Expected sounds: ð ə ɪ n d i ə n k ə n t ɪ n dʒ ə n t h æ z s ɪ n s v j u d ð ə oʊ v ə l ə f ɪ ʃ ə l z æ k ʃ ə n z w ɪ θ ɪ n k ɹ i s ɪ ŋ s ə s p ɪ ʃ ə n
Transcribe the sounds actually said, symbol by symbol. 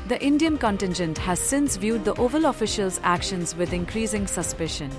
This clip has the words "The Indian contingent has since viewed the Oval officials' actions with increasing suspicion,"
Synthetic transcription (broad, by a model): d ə ɪ n d i ə n k ə n t ɪ n dʒ ə n t h æ z s ɪ n s v j u d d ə oʊ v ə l ə f ɪ ʃ ə l z æ k ʃ ə n z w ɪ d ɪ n k ɹ i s ɪ ŋ s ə s p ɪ ʃ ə n